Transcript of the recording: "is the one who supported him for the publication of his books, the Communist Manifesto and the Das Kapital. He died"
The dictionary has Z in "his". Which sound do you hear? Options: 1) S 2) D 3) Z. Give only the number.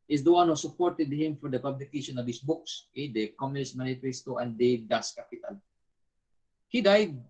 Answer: 1